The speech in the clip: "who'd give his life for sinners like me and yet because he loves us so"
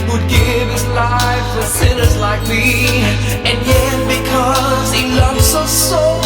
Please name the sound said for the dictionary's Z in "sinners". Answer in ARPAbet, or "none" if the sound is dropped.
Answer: Z